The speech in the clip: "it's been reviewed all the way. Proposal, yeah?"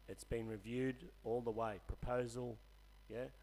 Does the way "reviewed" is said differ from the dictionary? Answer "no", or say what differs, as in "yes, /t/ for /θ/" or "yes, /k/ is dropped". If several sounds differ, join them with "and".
no